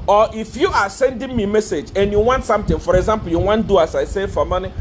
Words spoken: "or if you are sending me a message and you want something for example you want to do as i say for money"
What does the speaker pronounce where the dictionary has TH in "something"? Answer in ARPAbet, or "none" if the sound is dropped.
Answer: T